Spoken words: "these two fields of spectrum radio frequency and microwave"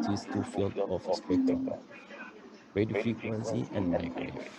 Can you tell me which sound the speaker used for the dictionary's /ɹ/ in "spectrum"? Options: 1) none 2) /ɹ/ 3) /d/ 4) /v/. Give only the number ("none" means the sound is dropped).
1